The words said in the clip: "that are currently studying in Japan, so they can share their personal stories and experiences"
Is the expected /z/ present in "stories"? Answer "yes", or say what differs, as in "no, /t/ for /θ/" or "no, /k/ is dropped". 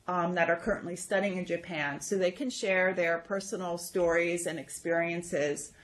yes